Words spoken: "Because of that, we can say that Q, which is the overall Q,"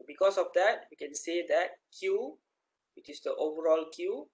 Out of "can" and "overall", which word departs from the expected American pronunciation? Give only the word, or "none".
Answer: none